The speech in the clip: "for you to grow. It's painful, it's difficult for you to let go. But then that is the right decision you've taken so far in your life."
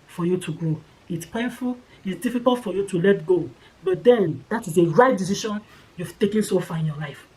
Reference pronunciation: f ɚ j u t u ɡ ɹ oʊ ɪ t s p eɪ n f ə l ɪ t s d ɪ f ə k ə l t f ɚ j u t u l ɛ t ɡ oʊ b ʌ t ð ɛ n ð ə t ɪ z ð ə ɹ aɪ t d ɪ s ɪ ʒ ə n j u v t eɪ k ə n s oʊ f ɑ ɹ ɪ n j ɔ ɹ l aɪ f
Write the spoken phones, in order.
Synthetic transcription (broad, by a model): f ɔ j u t u ɡ oʊ ɪ t s p eɪ n f ə l ɪ t s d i f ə k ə l t f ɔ j u t u l ɛ t ɡ oʊ b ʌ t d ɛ n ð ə t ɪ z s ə ɹ aɪ t d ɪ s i ʃ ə n j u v t eɪ k ə n s oʊ f ɑ ɪ n j ɔ l aɪ f